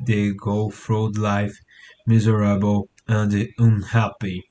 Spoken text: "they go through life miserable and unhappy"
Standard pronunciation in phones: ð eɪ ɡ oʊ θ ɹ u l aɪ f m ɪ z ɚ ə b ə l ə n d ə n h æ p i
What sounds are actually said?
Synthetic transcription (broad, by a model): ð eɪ ɡ oʊ f ɹ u l aɪ f m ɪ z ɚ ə b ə l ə n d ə n h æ p i